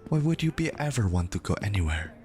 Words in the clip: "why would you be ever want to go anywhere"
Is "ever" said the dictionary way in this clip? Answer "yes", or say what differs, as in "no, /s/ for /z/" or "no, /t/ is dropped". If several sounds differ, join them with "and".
yes